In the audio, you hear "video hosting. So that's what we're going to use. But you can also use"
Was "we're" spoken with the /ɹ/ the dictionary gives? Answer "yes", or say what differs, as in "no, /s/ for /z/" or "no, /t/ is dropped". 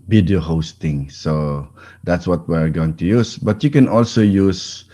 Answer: yes